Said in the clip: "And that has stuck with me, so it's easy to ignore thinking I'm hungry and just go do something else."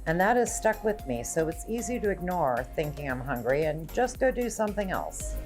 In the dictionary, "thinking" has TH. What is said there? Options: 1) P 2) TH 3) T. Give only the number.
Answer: 2